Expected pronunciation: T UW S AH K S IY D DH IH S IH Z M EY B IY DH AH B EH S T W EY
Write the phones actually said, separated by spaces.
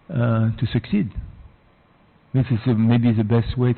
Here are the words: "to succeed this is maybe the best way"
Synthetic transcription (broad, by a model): T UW S AH K S IY D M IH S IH S M EY B IY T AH B EH S T W EY